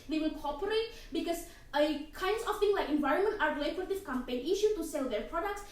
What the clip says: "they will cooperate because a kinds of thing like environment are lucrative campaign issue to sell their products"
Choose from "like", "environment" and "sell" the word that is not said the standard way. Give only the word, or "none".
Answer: none